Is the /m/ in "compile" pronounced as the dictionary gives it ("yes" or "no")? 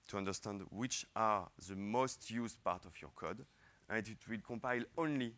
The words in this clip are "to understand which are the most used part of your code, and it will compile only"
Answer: yes